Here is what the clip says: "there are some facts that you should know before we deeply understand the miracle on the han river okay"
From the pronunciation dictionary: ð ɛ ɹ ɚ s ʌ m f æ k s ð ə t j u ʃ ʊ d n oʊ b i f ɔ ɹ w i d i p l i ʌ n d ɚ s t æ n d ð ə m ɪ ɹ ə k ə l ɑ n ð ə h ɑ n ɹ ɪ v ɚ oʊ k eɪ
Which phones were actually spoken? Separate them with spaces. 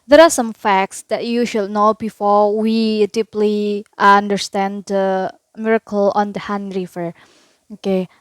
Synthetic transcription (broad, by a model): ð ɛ ɹ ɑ s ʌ m f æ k s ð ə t j u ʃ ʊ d n oʊ b i f ɔ ɹ w i d i p l i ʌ n d ɚ s t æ n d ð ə m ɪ ɹ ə k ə l ɑ n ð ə h ɑ n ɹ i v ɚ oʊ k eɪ